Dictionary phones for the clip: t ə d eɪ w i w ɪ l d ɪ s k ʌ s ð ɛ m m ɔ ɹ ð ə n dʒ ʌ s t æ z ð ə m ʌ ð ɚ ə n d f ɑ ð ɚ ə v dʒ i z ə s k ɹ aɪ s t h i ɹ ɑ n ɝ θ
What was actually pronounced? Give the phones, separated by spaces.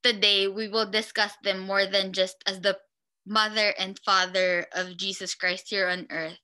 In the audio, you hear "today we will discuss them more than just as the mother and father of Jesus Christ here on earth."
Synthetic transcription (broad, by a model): t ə d eɪ w i w ɪ l d ɪ s k ʌ s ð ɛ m m ɔ ɹ ð ə n dʒ ʌ s t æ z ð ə m ʌ ð ɚ ə n d f ɑ ð ɚ ə v dʒ i s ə s k ɹ aɪ s t h i ɹ ɑ n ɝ θ